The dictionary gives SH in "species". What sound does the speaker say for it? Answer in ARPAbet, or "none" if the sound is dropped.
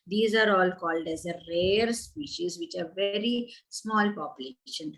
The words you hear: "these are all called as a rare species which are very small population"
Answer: SH